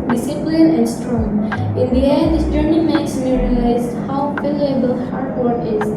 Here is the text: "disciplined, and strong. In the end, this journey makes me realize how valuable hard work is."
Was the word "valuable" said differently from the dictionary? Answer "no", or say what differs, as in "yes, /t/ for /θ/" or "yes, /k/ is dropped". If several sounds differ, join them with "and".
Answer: yes, /p/ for /v/